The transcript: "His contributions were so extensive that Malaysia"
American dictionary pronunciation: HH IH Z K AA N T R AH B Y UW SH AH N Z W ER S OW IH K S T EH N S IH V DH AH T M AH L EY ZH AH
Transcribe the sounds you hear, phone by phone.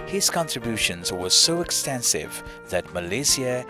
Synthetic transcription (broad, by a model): HH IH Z K AA N T R AH B Y UW SH AH N Z W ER S OW IH K S T EH N S IH V DH AH T M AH L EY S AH